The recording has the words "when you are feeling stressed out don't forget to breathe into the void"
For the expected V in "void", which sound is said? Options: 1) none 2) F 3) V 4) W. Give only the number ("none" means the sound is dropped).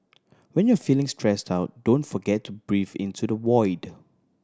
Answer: 4